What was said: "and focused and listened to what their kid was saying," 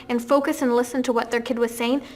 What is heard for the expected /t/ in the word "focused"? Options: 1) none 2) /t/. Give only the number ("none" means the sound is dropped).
1